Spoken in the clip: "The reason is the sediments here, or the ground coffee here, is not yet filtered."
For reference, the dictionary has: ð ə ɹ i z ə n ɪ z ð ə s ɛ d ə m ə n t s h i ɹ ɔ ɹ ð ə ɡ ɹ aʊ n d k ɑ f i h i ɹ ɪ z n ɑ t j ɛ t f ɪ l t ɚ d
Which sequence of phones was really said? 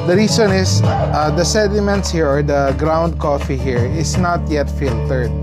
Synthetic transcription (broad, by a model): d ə ɹ i s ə n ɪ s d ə s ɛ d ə m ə n t s h i ɹ ɔ ɹ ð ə ɡ ɹ aʊ n d k ɑ f i h i ɹ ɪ s n ɑ t j ɛ t f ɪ l t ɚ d